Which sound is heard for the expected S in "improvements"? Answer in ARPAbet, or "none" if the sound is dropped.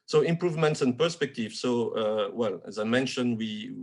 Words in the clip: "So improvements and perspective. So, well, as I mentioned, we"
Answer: S